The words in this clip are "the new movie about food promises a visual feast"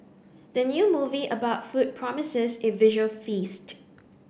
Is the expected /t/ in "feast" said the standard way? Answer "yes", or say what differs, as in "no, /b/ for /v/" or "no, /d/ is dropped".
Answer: yes